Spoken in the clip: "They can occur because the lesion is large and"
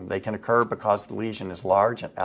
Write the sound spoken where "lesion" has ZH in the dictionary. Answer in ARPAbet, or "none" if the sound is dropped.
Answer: ZH